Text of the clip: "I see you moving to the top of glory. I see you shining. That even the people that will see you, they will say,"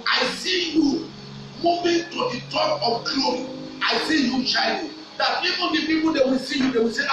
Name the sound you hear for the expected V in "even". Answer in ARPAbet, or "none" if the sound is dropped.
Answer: P